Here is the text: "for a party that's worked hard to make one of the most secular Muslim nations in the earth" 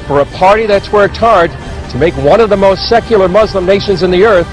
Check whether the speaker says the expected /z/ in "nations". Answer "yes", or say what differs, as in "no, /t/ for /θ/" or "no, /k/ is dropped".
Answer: yes